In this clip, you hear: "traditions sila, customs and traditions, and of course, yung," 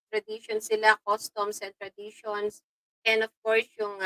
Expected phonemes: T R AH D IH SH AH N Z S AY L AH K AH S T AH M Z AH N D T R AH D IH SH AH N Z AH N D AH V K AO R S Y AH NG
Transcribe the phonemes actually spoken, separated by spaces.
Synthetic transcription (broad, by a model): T R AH D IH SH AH N S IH L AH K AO S T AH M S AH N T R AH D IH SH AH N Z AH N D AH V K AO R S Y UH NG